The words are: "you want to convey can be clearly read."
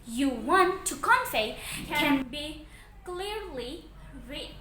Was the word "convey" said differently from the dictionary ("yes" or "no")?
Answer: yes